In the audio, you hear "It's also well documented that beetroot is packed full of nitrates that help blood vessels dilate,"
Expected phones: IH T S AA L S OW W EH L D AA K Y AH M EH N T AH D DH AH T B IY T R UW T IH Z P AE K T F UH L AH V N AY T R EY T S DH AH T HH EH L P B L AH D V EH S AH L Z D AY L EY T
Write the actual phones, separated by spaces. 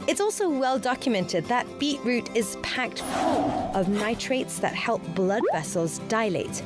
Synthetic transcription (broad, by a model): IH T S AA L S OW W EH L D AA K Y AH M EH N T AH D DH AH T B IY T R UW T IH Z P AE K T F UH L AH V N AY T R EY T S DH AH T HH EH L P B L AH D V EH S AH L Z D AY L EY T